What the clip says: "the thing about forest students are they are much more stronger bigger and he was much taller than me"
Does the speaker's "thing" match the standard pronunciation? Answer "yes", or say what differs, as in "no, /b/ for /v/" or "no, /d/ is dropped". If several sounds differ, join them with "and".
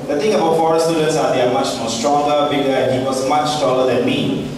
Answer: no, /t/ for /θ/